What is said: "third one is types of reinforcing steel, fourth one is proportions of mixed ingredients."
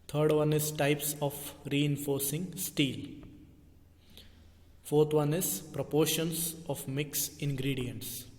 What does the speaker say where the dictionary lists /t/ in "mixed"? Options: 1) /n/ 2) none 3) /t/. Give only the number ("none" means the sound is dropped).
2